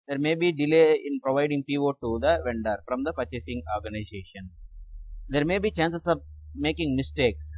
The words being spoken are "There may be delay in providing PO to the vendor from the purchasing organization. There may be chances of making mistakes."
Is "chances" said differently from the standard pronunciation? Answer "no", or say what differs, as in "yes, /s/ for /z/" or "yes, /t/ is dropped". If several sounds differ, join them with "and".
yes, /s/ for /z/